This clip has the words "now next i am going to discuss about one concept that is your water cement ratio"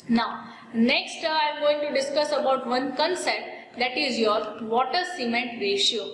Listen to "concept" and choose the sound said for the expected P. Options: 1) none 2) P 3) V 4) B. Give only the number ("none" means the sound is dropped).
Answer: 1